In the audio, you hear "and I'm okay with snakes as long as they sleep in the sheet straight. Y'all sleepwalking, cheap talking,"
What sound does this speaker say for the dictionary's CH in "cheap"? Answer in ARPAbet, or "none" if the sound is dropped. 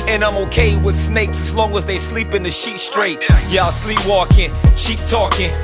SH